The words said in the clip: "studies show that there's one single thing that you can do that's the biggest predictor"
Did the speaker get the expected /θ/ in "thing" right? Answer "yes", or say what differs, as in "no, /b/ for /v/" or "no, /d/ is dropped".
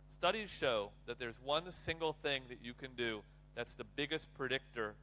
yes